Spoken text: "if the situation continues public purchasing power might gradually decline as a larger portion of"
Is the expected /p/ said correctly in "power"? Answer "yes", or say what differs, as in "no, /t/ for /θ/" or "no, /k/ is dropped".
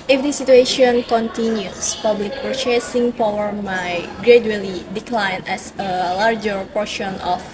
yes